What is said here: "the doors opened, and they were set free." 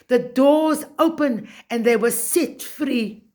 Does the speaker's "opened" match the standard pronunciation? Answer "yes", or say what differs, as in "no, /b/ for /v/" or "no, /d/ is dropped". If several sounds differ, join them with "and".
no, /d/ is dropped